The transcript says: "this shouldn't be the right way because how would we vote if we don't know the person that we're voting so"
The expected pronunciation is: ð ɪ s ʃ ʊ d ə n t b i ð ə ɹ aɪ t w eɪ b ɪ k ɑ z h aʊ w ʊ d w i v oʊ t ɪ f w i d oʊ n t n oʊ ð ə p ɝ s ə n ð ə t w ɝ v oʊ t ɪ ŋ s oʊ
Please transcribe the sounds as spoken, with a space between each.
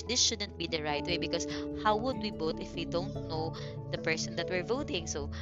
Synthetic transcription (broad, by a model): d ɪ s ʃ ʊ d ə n t b i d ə ɹ aɪ t w eɪ b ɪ k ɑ s h aʊ w ʊ d w i b oʊ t ɪ f w i d oʊ n t n oʊ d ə p ɝ s ə n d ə t w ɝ v oʊ t ɪ ŋ s oʊ